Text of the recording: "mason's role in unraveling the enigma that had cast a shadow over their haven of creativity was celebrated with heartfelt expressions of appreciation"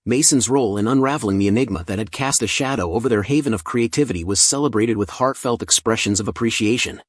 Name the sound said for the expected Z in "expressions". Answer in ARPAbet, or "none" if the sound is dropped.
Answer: Z